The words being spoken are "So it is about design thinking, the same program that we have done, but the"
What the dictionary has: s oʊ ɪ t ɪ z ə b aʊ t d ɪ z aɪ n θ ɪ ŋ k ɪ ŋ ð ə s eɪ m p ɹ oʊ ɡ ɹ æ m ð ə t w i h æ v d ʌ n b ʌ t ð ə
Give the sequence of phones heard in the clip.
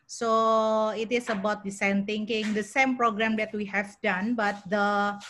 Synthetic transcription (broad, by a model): s oʊ ɪ t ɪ s ə b aʊ t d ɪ s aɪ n t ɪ ŋ k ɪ ŋ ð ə s eɪ m p ɹ oʊ ɡ ɹ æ m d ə t w i h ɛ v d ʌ n b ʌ t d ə